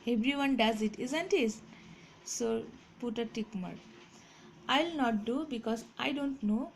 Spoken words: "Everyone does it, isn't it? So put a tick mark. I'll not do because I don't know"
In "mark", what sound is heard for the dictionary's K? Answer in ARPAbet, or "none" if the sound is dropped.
none